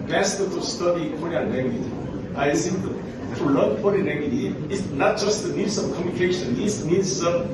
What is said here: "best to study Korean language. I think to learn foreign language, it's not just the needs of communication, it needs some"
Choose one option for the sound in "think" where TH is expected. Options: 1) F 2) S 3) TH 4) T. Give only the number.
2